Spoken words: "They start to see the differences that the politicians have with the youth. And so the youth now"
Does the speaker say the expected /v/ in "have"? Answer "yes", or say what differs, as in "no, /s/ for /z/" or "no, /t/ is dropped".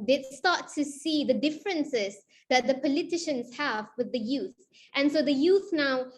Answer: yes